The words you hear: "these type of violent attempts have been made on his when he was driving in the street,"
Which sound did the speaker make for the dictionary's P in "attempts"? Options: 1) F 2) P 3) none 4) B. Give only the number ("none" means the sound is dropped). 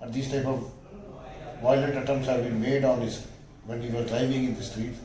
3